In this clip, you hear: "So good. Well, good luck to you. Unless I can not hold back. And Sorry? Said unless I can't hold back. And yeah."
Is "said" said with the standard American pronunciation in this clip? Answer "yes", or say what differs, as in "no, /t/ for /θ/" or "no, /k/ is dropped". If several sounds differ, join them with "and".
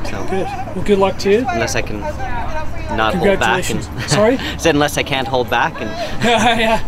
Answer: no, /d/ is dropped